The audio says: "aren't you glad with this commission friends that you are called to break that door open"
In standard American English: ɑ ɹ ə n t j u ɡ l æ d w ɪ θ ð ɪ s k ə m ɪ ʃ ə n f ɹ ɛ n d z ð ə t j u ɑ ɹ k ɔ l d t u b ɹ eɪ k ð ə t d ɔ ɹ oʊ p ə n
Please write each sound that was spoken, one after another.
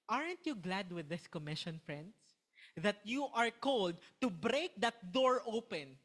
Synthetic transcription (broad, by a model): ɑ ɹ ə n t j u ɡ l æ d w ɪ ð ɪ s k ə m ɪ ʃ ə n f ɹ ɛ n d s ð ə t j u ɑ ɹ k ɔ l d t u b ɹ eɪ k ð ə t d ɔ ɹ oʊ p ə n